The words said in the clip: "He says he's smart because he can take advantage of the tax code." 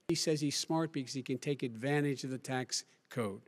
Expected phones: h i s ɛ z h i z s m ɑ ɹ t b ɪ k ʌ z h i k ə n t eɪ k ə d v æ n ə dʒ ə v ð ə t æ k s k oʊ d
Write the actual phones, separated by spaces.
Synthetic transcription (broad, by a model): i s ɛ z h i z s m ɑ ɹ t b ɪ k ʌ z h i k ə n t eɪ k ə d v æ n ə dʒ ə v ð ə t æ k s k oʊ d